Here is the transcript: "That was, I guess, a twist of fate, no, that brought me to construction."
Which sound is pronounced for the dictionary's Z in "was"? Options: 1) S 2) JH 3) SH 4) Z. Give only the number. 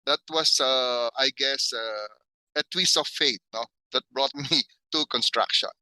1